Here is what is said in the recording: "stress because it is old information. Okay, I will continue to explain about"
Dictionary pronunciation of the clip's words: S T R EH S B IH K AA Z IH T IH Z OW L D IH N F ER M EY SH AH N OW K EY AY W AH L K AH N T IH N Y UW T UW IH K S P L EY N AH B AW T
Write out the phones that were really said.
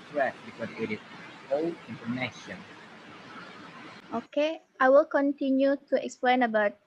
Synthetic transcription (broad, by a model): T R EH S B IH K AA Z IH T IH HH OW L IH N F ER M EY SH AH N OW K EY AY W AH L K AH N T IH N Y UW T UW IH K S P L EY N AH B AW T